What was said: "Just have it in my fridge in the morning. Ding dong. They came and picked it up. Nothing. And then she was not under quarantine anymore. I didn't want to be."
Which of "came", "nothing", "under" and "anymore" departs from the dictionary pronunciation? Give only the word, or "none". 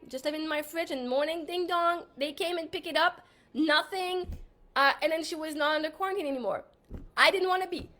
none